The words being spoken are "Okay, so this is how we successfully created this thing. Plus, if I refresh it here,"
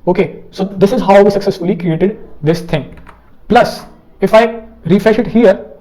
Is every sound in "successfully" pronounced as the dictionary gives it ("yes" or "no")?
yes